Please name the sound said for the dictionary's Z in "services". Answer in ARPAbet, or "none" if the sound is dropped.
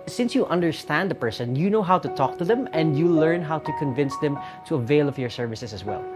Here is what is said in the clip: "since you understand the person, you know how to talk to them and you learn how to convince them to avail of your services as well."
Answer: S